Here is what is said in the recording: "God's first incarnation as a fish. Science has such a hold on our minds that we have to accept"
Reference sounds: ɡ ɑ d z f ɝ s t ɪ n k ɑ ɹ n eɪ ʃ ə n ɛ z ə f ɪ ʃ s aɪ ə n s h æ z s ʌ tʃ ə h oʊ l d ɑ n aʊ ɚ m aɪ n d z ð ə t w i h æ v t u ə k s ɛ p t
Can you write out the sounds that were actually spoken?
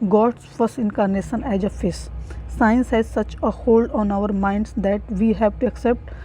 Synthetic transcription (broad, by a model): ɡ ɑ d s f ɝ s t ɪ n k ɑ ɹ n eɪ ʃ ə n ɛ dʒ ə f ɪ s s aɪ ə n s h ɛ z s ʌ tʃ ə h oʊ l d ɑ n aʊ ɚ m aɪ n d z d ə t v i h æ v t u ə k s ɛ p t